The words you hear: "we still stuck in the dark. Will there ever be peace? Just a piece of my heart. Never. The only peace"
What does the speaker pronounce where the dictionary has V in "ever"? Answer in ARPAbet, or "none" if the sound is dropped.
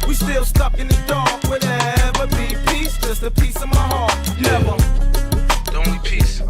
V